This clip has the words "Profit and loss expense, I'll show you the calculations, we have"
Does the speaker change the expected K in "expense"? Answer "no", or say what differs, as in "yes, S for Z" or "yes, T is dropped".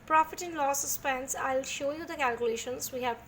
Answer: yes, K is dropped